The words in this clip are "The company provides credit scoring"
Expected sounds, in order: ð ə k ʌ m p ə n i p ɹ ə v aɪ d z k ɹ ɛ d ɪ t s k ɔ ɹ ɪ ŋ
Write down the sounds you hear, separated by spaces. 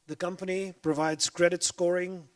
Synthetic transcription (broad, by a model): ð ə k ʌ m p ə n i p ɹ ə v aɪ d z k ɹ ɛ d ɪ t s k ɔ ɹ ɪ ŋ